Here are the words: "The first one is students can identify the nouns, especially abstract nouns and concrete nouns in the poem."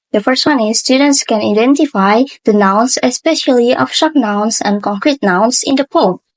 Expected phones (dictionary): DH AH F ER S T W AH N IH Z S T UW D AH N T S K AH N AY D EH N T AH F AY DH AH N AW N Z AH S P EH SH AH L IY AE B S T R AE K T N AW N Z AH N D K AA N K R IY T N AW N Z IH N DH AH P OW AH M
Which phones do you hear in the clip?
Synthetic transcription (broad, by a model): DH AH F ER S T W AH N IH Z S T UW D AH N T S K AH N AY D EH N T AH F AY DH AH N AW N S AH S P EH SH AH L IY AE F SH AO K N AW N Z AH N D K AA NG K R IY T N AW N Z IH N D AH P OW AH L